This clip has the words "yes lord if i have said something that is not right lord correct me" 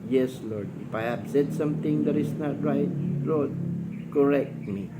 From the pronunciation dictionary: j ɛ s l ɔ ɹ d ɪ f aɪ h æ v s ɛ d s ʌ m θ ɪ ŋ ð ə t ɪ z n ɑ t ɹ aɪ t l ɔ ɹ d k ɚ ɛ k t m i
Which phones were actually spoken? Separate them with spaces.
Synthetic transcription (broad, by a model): j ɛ s l ɔ ɹ d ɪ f aɪ h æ b s ɛ d s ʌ m t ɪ ŋ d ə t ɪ s n ɑ t ɹ aɪ t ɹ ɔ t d k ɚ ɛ k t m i